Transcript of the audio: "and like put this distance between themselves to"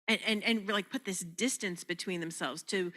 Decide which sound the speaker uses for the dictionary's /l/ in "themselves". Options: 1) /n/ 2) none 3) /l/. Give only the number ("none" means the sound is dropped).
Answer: 3